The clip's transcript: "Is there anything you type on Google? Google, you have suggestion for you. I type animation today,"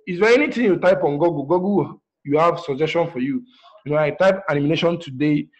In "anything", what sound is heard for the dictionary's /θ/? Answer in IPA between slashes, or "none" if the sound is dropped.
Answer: /t/